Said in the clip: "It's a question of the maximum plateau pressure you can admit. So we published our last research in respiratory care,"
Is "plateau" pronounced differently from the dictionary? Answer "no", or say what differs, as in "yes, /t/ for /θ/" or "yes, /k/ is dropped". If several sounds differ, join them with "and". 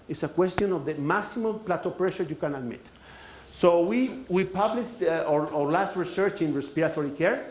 no